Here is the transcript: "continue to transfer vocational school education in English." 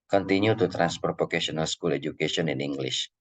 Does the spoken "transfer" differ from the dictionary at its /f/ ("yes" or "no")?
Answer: yes